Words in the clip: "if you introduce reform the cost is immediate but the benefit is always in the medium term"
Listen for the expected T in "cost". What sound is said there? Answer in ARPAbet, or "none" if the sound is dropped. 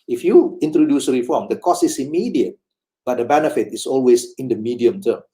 none